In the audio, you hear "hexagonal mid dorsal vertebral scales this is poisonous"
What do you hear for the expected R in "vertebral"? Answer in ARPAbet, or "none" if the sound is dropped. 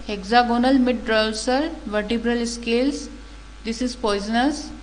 R